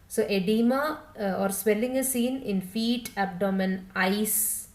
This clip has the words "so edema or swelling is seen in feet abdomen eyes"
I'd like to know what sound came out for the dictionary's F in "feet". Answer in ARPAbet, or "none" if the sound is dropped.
F